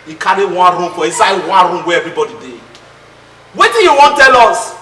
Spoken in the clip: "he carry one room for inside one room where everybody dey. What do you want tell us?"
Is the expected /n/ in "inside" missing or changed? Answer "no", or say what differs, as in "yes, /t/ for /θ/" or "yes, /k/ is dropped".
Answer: yes, /n/ is dropped